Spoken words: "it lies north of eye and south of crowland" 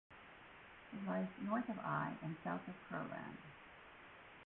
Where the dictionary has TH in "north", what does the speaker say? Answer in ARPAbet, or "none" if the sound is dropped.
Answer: TH